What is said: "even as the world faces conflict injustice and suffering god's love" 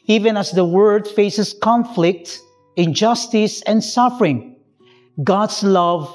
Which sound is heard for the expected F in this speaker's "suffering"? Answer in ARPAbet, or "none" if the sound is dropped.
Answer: F